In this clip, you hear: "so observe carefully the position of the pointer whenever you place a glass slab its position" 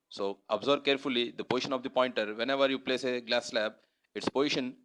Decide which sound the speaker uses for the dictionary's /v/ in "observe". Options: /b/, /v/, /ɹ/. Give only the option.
/b/